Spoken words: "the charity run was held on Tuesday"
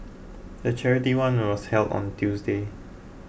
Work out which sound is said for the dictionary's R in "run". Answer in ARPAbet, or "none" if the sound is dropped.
W